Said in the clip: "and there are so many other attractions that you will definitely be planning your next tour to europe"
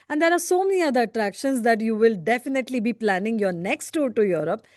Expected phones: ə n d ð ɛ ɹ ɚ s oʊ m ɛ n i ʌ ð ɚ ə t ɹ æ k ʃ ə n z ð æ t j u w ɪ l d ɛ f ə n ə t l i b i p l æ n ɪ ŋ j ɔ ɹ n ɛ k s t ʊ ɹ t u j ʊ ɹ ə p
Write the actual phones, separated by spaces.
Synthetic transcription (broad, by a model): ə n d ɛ ɹ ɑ s oʊ m ɛ n i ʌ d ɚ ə t ɹ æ k ʃ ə n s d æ t j u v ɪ l d ɛ f ə n ə t l i b i p l æ n ɪ ŋ j ɔ ɹ n ɛ k s t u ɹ t u j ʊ ɹ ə p